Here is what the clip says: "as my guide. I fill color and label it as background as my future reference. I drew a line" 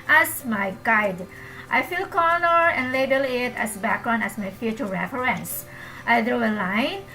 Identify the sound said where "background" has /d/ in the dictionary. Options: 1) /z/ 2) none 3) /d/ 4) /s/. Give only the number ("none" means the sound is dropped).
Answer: 2